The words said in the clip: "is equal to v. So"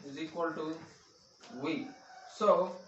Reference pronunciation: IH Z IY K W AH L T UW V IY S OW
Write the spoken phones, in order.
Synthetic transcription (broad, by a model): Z IY K W AH L T UW W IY S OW